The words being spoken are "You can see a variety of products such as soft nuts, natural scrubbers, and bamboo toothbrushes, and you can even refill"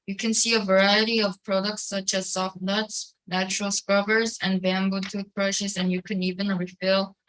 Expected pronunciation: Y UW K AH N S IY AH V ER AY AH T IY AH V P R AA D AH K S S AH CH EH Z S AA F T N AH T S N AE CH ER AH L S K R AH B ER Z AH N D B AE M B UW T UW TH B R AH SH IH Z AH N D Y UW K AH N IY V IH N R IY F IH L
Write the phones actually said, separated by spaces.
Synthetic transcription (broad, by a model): Y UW K AH N S IY AH V ER AY AH T IY AH V P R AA D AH K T S AH CH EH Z S AA F T N AH T S N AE CH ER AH L S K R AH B ER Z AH N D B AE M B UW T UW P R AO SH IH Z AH N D Y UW K AH N IY V IH N R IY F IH L